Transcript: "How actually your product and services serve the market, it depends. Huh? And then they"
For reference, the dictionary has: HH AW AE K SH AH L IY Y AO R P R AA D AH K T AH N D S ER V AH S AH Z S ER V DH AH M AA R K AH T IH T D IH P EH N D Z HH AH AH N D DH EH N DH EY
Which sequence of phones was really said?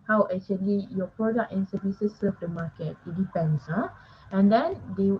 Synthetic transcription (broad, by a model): HH AW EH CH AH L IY Y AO P R AA D AH K T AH N S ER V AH S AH S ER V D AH M AA K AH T IH T D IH P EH N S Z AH AH N D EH N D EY